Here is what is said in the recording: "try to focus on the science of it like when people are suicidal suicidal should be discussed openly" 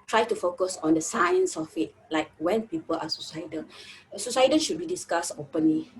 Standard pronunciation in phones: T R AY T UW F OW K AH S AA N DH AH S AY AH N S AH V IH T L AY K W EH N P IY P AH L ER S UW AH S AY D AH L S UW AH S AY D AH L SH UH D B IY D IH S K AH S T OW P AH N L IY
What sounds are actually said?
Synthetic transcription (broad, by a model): T R AY T UW F OW K AH S AA N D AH S AY AH N S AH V IH T L AY K W EH N P IY P AH L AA S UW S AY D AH N S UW S AY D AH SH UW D B IY D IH S K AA S OW P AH N L IY